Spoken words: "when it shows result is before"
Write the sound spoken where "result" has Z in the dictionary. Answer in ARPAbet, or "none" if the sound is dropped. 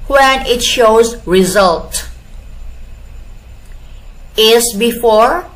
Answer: Z